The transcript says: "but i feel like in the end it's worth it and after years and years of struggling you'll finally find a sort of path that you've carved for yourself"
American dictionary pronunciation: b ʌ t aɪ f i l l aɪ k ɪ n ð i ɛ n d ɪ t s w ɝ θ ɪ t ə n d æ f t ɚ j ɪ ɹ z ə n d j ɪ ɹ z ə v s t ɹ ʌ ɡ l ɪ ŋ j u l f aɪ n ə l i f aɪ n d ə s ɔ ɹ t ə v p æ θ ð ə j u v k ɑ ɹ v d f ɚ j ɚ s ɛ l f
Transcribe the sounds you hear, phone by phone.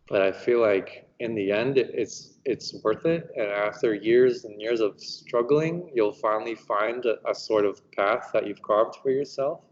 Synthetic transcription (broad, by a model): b ʌ t aɪ f i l l aɪ k ɪ n ð i ɛ n d ɪ t s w ɝ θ ɪ t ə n æ f t ɚ j ɪ ɹ z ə n j ɪ ɹ z ə v s t ɹ ʌ ɡ l ɪ ŋ j u l f aɪ n l i f aɪ n d ə s ɔ ɹ t ə v p æ θ ð ə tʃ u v k ɑ ɹ v d f ɚ j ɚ s ɛ l f